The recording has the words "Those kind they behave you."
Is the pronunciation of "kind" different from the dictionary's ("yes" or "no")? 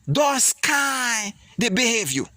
yes